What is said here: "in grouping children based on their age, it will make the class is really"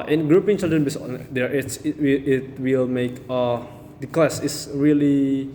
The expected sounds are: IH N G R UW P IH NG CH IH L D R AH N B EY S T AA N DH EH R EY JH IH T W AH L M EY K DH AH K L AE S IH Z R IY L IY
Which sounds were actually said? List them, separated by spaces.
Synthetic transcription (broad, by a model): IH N G R UW P IH NG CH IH L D R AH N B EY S AA N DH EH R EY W IH T W AH L M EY K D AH K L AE S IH S R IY L IY